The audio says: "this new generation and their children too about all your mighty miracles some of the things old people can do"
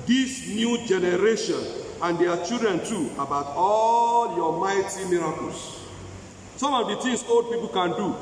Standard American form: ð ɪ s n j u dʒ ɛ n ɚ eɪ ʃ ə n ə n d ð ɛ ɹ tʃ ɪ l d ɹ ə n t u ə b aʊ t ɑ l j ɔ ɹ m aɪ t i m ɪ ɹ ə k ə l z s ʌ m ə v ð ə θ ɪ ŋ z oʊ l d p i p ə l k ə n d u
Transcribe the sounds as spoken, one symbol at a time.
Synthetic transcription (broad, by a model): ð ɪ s n j u dʒ ɛ n ɚ eɪ ʃ ə n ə n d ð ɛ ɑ tʃ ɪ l d ɹ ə n t u ə b aʊ t ɑ l j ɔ m aɪ t i m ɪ ɹ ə k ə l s s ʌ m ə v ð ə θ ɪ ŋ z oʊ l d p i p ə l k ə n d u